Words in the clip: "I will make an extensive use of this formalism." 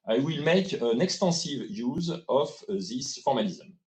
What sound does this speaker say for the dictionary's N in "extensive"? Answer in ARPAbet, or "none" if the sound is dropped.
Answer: none